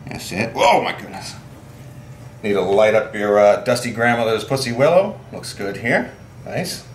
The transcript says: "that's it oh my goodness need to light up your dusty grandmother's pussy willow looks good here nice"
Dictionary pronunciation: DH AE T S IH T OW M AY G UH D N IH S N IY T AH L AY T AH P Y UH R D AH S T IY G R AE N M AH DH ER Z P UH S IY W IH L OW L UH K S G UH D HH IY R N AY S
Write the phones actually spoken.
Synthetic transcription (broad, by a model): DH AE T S IH T OW M AY G UH D N IH S N IY T AH L AY T AH P Y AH R D AH S T IY G R AE N M AH DH ER Z P UH S IY W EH L OW L UH K S G UH D HH IY R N AY S